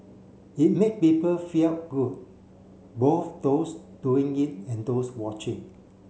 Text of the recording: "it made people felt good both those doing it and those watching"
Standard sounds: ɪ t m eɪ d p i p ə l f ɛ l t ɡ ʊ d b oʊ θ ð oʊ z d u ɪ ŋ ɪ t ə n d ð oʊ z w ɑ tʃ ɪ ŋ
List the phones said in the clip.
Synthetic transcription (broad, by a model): ɪ t m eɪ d p i p ə l f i t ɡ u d b oʊ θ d oʊ s d u ɪ ŋ ɪ t ə n d oʊ s w ɑ tʃ ɪ ŋ